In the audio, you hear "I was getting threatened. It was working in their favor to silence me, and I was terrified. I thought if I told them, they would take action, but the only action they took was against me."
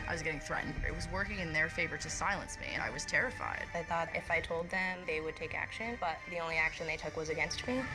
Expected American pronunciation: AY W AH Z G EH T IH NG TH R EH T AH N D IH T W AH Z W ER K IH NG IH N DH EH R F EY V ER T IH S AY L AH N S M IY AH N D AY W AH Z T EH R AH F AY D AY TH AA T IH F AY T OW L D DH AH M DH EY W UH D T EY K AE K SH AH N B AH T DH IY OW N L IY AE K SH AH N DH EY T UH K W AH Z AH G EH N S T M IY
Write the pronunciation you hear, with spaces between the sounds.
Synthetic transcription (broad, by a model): AY W AH Z G EH T IH NG TH R EH T N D IH T W AH Z W ER K IH NG IH N DH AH R F EY V ER T IH S AY L AH N S M IY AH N AY W AH Z T EH R AH F AY D AY TH AA T IH F AY T OW L D DH AH M DH EY W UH D T EY K AE K SH AH N B AH T DH IY OW N L IY AE K SH AH N DH EY T UH K W AH Z AH G EH N S T M IY